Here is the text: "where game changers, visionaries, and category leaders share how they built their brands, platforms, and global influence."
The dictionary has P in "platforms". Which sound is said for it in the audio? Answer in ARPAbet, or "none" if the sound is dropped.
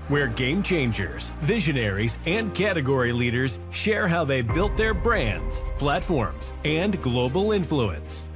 P